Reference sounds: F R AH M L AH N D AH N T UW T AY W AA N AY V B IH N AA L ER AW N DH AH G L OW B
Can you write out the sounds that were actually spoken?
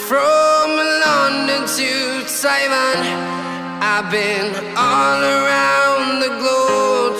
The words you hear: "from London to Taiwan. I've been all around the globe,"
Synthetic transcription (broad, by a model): F R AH M L AH N D AH N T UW S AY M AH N AY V B IH N AA L ER AW N DH AH G L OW